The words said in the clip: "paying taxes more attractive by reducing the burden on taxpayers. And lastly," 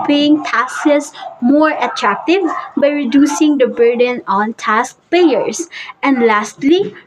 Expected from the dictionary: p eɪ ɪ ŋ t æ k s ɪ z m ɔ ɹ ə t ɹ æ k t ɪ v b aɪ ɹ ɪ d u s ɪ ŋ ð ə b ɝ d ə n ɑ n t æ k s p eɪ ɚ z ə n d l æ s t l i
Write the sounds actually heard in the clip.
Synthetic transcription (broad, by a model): p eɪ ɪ ŋ t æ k s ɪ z m ɔ ɹ ə t ɹ æ k t ɪ v b aɪ ɹ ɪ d u s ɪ ŋ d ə b ɝ d ə n ɑ n t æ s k p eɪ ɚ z ə n d l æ s t l i